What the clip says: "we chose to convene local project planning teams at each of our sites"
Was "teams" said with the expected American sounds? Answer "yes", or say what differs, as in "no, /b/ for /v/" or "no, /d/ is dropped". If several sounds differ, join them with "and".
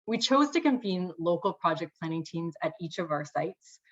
yes